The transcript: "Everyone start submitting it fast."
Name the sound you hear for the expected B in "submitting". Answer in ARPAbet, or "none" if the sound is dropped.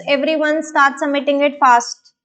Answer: none